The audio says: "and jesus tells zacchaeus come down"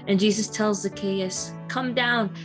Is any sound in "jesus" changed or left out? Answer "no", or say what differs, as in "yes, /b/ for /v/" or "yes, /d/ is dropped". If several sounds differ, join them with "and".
no